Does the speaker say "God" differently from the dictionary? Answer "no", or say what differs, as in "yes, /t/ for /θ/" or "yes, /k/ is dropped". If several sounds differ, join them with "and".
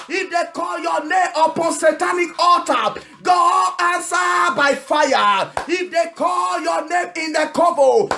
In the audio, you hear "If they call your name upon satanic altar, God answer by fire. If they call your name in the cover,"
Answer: yes, /d/ is dropped